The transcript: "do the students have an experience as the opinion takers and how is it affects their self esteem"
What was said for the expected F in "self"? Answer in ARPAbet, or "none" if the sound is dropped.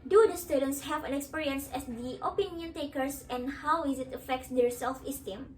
F